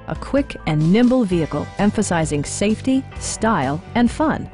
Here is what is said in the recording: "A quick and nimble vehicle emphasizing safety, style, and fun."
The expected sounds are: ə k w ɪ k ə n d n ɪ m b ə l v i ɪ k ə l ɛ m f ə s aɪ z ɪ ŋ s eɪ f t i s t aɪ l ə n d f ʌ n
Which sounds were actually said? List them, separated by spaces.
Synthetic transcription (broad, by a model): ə k w ɪ k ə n n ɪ m b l v i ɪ k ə l ɛ m f ə s aɪ z ɪ ŋ s eɪ f t i s t aɪ l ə n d f ʌ n